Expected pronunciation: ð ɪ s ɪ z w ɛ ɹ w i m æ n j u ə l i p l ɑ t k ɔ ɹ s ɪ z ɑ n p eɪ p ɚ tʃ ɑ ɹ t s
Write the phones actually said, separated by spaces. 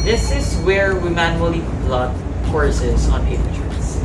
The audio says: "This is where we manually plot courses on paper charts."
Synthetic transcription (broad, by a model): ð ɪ s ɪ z w ɛ ɹ w i m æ n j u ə l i b l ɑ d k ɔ ɹ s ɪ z ɑ n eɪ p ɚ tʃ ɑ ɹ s